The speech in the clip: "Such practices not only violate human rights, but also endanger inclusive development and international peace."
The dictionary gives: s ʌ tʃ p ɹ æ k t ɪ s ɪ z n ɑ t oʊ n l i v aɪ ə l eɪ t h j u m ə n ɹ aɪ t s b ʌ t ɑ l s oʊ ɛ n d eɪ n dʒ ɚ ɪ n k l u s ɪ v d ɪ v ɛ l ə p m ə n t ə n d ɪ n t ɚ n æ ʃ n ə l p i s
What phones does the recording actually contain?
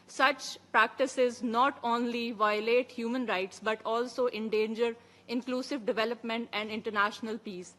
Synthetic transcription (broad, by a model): s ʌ tʃ p ɹ æ k t ɪ s ɪ z n ɑ t oʊ n l i v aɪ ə l eɪ t h j u m ə n ɹ aɪ t s b ʌ t ɑ l s oʊ ɛ n d eɪ n dʒ ɚ ɪ n k l u s ɪ v d ɪ v ɛ l ə p m ə n t ə n d ɪ n t ɚ n æ ʃ n ə l p i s